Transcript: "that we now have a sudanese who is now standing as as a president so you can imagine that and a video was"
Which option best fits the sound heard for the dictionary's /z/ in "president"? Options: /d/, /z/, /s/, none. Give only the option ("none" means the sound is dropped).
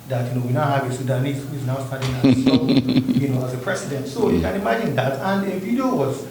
/s/